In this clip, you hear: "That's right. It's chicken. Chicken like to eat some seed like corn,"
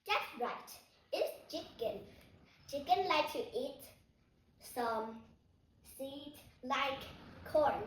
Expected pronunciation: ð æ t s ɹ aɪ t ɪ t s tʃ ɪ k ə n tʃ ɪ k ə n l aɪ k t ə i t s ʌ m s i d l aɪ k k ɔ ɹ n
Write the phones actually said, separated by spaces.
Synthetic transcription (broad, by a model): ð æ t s ɹ aɪ t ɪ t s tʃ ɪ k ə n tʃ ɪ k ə n l aɪ k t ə i t s ʌ m s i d l aɪ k k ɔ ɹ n